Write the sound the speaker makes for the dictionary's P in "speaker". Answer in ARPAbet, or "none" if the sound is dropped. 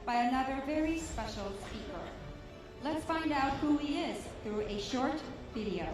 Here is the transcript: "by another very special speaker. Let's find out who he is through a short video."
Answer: P